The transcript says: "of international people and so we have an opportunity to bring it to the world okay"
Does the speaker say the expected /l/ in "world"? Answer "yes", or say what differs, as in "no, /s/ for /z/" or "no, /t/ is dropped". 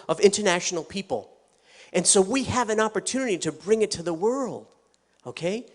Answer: yes